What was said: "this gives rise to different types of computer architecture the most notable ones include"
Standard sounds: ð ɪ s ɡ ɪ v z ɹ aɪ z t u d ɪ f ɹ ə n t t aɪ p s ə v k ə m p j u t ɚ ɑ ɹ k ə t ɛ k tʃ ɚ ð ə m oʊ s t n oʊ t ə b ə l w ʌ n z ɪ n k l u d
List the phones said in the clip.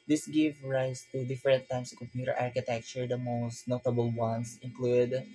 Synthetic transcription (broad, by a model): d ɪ s ɡ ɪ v ɹ aɪ s t u d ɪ f ɹ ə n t t aɪ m s k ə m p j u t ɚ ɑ ɹ k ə t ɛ k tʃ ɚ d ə m oʊ s t n oʊ t ə b ə l w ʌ n s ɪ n k l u d